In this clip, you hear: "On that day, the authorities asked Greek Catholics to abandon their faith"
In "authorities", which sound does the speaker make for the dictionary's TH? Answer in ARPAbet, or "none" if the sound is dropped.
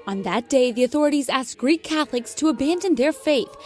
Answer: TH